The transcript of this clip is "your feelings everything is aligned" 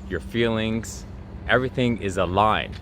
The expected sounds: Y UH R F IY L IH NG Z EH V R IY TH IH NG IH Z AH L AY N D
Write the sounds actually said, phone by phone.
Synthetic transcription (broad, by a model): Y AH R F IY L IH NG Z EH V R IY TH IH NG IH Z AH L AY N